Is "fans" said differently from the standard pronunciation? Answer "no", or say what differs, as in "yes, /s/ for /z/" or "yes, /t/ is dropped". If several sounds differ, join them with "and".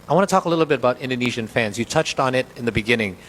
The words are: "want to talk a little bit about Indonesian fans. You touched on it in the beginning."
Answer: no